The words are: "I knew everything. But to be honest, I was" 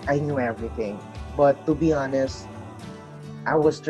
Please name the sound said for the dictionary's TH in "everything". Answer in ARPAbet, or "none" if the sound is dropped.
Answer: TH